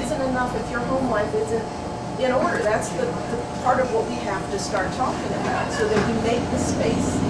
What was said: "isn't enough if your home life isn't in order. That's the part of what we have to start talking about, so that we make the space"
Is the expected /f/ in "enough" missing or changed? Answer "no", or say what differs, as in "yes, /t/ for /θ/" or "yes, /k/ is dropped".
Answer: no